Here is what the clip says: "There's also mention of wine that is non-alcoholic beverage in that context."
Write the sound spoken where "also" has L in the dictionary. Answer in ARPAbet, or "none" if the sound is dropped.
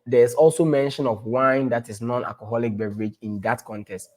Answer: L